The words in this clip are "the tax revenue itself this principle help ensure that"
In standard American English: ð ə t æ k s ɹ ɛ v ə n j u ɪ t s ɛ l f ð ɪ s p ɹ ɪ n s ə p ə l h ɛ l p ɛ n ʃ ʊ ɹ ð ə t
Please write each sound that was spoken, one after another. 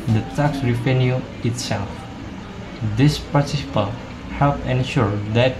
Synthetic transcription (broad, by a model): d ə t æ k s ɹ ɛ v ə n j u ɪ t s ɛ l f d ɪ s p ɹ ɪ s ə p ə l h ɛ l p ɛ n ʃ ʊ ɹ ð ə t